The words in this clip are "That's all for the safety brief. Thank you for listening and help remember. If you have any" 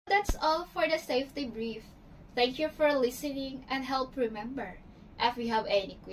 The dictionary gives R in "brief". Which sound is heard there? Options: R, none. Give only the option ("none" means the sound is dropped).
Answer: R